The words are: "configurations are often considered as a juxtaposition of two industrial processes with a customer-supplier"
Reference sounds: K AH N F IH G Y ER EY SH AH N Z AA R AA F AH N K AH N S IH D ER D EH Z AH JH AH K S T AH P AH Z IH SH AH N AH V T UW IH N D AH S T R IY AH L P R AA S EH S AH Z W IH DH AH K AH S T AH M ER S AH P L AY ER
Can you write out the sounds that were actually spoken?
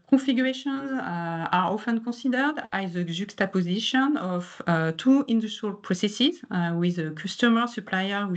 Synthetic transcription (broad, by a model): K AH F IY G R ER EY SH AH N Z AA R AA F AH N K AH S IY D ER D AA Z AH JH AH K S T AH P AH Z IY SH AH N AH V T UW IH N D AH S T R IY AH L P R AA S EH S AH Z W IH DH AH K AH S T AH M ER S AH P L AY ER